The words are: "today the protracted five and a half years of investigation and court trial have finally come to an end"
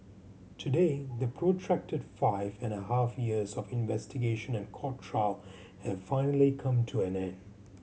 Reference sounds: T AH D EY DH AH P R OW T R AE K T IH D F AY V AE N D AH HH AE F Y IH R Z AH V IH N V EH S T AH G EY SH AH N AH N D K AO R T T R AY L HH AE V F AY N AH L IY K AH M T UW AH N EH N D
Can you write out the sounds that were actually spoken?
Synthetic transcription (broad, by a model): T AH D EY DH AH P R OW T R AE K T IH D F AY V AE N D AH HH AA F Y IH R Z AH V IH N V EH S T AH G EY SH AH N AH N K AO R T T R AY L HH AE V F AY N AH L IY K AH M T UW AH N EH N